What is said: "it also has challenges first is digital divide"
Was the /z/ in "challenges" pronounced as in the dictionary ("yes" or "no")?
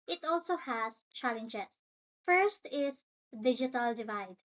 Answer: no